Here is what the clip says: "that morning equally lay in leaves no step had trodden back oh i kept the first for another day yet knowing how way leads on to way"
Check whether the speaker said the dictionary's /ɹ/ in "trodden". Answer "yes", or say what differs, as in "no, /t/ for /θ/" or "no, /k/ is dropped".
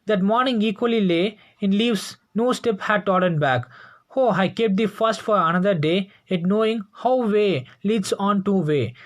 no, /ɹ/ is dropped